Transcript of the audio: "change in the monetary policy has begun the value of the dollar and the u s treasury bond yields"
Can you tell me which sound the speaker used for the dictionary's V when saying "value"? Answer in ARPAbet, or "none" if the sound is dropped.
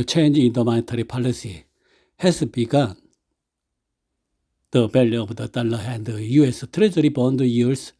B